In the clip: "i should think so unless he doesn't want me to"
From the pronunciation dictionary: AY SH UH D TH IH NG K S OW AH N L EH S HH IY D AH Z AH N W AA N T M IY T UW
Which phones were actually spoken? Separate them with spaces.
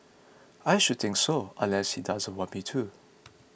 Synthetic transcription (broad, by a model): AY SH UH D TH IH NG K S OW AH N L EH S HH IY D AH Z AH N W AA T M IY T UW